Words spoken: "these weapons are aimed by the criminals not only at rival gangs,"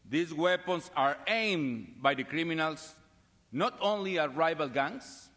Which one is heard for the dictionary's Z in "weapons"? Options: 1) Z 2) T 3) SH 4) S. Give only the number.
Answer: 4